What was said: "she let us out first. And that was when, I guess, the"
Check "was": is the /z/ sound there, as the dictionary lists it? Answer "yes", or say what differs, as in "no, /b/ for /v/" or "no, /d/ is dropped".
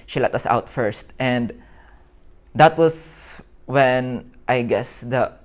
no, /s/ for /z/